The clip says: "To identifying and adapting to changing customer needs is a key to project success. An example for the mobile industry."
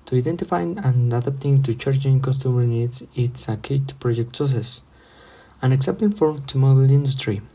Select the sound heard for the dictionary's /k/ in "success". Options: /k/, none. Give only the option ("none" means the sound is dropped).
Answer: none